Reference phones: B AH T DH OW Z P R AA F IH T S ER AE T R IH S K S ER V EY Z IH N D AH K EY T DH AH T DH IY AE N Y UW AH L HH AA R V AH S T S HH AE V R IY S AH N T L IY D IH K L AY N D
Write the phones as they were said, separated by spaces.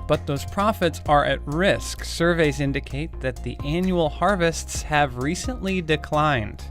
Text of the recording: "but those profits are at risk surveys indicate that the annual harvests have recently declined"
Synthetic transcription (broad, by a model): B AH T DH OW Z P R AA F IH T S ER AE T R IH S K S ER V EY Z IH N D AH K EY T DH AH T DH IY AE N Y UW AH L HH AA R V AH S T S HH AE V R IY S AH N T L IY D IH K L AY N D